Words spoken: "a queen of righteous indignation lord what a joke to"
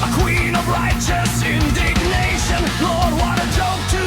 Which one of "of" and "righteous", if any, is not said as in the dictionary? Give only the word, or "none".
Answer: none